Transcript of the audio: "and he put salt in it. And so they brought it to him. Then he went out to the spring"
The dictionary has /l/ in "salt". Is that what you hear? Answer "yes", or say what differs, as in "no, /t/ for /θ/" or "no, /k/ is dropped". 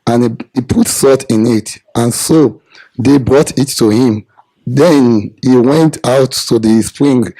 no, /l/ is dropped